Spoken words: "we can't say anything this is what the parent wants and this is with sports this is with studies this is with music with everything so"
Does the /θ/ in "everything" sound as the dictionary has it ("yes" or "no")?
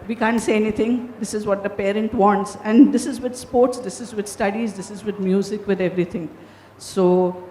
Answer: no